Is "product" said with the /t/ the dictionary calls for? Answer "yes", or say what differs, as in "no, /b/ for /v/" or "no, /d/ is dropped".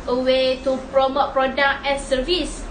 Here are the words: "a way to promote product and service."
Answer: no, /t/ is dropped